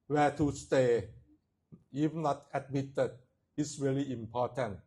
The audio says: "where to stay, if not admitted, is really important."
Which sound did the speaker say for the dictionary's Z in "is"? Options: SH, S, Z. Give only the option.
S